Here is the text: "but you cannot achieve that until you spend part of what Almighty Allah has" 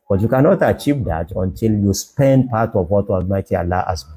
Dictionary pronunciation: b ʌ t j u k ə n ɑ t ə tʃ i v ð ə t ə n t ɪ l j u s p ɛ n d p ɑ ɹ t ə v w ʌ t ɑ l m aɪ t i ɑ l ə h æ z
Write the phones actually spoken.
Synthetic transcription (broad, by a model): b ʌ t j u k ə n ɑ t ə tʃ i v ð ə t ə n t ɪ l j u s p ɛ n d p ɑ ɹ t ə v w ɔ t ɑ m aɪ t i ɑ l ə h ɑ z